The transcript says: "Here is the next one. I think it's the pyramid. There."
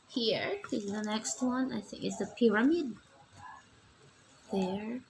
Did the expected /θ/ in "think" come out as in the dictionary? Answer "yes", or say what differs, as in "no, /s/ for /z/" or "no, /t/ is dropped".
yes